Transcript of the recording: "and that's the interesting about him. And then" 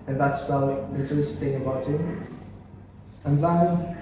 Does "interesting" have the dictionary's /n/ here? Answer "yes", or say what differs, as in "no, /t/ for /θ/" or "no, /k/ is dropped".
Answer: no, /n/ is dropped